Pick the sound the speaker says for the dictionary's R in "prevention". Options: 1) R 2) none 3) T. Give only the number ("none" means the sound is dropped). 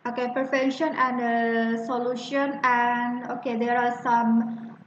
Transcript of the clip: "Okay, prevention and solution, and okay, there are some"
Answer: 2